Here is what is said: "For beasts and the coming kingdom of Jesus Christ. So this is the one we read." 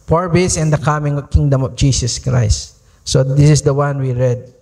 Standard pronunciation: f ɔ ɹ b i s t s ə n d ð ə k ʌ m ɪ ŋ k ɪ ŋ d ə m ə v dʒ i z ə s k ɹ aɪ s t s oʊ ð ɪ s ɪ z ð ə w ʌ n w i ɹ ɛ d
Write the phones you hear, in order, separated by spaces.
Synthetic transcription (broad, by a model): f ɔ ɹ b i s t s ə n d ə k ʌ m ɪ ŋ k ɪ ŋ d ə m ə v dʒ i s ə s k ɹ aɪ s t s oʊ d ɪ s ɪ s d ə w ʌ n w i ɹ ɛ d